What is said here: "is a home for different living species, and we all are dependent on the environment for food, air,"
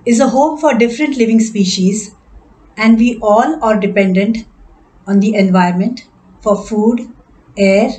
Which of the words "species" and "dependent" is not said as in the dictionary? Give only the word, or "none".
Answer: none